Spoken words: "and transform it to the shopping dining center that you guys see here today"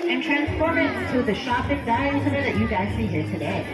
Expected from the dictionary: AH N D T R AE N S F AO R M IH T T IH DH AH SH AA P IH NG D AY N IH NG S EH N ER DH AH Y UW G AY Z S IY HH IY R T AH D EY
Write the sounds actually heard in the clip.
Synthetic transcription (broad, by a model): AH N T R AE N S F AO R M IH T T IH DH AH SH AA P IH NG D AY IH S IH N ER DH AH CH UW G AY Z S IY HH IY R T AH D EY